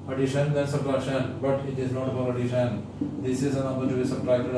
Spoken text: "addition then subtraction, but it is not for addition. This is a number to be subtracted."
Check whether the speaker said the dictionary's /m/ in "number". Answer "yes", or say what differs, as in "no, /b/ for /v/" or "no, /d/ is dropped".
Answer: no, /m/ is dropped